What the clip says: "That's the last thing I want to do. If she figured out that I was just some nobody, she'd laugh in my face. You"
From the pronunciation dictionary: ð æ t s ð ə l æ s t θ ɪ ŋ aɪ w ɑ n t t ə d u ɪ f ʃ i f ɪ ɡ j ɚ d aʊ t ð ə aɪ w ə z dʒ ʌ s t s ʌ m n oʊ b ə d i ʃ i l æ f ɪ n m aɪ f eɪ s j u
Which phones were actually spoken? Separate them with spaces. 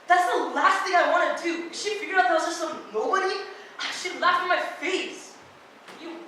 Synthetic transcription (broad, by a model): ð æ t s ð ə l æ s t θ ɪ ŋ aɪ w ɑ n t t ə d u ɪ ʃ i f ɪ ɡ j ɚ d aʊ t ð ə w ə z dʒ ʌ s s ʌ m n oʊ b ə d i ʃ i l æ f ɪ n m aɪ f eɪ s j